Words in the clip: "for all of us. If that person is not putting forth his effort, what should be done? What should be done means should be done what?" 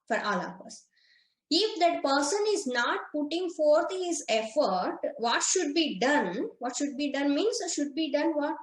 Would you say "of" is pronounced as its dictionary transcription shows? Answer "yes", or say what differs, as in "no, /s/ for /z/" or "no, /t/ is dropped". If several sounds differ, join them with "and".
no, /p/ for /v/